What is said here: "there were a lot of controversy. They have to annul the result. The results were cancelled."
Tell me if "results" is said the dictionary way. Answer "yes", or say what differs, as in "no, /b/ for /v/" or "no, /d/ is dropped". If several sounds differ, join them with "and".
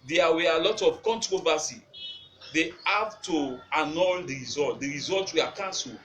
no, /s/ is dropped